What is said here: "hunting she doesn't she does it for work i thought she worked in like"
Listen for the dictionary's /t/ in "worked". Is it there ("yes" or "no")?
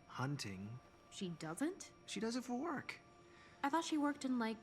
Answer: yes